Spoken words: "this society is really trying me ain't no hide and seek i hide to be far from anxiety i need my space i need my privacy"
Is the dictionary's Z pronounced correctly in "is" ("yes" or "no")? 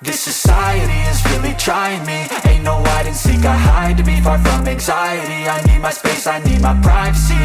yes